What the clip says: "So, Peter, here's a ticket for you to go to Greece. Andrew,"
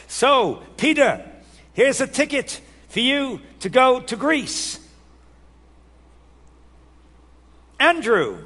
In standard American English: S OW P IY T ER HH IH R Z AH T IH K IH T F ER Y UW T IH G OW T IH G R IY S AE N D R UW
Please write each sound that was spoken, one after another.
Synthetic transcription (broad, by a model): S OW P IY T ER HH IH R Z AH T IH K IH T F ER Y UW T IH G OW T IH G R IY S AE N D R UW